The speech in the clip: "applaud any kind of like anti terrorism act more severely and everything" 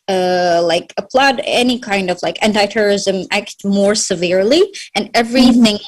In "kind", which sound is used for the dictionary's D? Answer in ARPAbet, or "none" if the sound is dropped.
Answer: D